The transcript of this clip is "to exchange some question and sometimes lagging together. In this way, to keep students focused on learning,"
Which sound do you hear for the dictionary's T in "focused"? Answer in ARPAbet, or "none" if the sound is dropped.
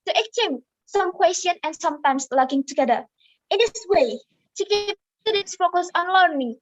none